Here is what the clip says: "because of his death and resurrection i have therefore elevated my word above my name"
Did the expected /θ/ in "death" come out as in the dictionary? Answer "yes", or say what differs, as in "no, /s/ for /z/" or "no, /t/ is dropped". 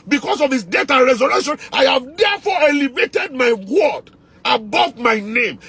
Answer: no, /t/ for /θ/